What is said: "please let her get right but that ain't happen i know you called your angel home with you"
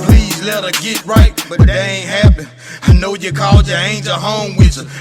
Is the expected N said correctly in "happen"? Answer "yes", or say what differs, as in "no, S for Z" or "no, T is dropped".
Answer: no, N is dropped